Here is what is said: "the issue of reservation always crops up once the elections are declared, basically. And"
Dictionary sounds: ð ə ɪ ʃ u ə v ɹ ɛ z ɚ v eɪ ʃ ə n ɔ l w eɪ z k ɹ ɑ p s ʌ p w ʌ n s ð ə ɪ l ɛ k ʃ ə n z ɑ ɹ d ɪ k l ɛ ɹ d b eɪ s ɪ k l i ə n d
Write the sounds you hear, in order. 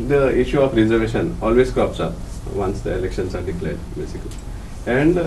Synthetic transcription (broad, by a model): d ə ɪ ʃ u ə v ɹ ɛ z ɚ v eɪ ʃ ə n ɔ l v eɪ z k ɑ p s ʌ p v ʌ n s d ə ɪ l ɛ k ʃ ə n s ɑ ɹ d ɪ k l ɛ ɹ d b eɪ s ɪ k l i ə n d